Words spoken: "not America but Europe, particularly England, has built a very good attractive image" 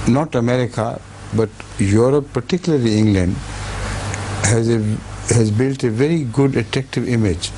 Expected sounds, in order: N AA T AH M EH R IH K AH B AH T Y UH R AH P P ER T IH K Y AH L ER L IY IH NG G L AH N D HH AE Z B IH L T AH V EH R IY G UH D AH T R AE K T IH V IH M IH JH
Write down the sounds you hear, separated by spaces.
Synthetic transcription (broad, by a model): N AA T AH M EH R IH K AH B AH T Y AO R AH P P ER T IH K Y AH L ER L IY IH NG G L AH N D HH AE Z B IH L T AH V EH R IY G UH D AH T R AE K T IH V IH M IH JH